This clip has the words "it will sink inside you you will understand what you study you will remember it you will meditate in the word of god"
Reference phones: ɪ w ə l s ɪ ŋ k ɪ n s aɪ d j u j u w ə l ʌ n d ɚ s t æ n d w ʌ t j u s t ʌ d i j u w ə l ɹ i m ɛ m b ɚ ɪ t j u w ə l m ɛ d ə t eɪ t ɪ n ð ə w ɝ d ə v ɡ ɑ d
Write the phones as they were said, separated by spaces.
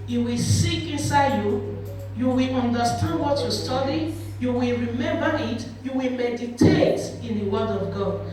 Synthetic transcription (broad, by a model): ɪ w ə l s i k ɪ n s aɪ d j u j u w ə l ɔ n d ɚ s t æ n d w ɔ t j u s t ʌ d i j u w ə l ɹ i m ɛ m b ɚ ɪ t j u w ə l m ɛ d ə t eɪ t ɪ n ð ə w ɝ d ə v ɡ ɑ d